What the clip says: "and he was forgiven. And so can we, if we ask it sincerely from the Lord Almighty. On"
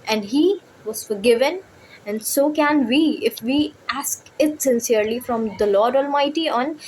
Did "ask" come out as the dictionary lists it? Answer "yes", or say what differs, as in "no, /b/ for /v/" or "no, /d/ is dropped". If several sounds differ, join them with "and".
yes